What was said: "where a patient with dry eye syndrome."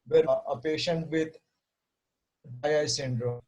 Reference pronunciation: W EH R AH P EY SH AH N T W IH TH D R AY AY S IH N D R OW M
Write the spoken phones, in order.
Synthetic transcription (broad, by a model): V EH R AH P EY SH AH N T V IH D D AY AY S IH N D R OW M